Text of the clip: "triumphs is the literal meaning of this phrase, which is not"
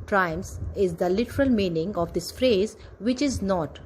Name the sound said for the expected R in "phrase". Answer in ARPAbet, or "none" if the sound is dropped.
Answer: R